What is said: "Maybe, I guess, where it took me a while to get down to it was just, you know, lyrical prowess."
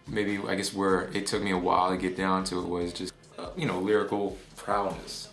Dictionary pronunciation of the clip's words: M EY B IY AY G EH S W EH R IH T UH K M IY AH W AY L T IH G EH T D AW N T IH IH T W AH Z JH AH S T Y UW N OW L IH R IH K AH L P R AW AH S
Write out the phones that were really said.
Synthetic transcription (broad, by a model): M EY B IY AY G EH S W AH R IH T UH K M IY AH W AY L T IH G EH T D AW N T IH IH T W AH Z JH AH S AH Y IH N OW L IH R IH K L P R AW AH S